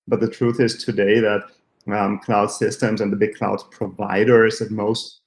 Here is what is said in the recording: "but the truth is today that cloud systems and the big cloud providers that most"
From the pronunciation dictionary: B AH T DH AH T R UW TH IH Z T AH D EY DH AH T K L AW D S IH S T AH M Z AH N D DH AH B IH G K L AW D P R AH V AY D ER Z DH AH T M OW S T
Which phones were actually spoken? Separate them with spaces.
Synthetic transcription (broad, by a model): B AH T DH AH T R UW TH IH Z T AH D EY DH AH T K L AW D S IH S T AH M Z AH N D DH AH B IH G K L AW D P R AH V AY D ER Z DH AH T M OW S T